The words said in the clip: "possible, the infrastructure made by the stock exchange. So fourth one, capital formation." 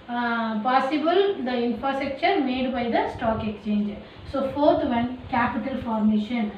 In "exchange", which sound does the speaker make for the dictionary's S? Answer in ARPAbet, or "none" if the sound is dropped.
S